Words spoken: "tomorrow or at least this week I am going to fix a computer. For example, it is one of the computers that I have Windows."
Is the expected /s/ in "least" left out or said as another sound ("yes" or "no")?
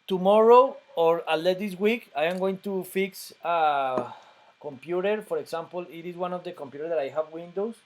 yes